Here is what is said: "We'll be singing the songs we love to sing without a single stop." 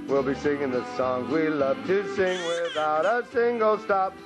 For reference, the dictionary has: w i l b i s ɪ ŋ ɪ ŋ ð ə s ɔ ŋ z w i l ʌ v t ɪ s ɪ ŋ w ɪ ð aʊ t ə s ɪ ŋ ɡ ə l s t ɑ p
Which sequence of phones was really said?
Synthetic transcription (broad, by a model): w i l b i s ɪ ŋ ɪ ŋ ð ə s ɔ ŋ z w i l ʌ v t ɪ s ɪ ŋ w ɪ ð aʊ t ə s ɪ ŋ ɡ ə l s t ɑ p